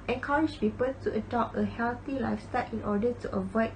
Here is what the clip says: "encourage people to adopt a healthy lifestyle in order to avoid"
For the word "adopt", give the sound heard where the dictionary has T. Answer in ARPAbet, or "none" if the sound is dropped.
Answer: none